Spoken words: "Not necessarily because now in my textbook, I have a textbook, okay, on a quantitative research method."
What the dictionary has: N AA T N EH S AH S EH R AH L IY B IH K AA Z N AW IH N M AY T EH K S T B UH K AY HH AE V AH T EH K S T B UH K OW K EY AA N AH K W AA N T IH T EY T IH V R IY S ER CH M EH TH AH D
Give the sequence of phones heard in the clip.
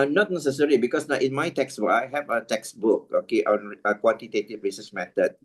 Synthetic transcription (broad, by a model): N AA T N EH S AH S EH R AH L IY B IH K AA S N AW IH N M AY T EH K S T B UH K AY HH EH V AH T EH K S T B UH K OW K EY AA N AH K W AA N T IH T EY T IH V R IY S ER S M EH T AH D